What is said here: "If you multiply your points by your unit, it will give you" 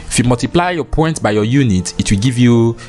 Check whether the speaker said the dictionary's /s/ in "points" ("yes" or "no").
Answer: no